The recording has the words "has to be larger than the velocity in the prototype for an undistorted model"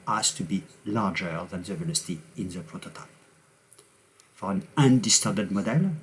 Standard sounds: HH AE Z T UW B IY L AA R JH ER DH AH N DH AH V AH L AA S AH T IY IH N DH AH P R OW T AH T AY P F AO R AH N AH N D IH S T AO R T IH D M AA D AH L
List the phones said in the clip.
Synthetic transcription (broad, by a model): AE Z T UW B IY L AA R JH ER DH AH N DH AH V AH N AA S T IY IH N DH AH P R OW T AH T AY P F AO R AH N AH N D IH S T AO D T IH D M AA D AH L